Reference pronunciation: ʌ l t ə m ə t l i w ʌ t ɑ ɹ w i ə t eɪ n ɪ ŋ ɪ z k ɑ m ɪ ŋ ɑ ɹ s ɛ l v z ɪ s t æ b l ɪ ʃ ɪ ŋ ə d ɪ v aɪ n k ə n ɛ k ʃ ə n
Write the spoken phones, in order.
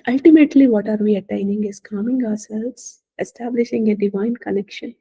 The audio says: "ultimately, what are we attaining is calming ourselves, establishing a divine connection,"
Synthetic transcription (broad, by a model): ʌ l t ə m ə t l i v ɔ t ɑ ɹ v i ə t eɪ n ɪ ŋ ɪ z k ɑ m ɪ ŋ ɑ ɹ s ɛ l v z ɪ s t æ b l ɪ ʃ ɪ ŋ ə d ɪ v aɪ n k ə n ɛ k ʃ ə n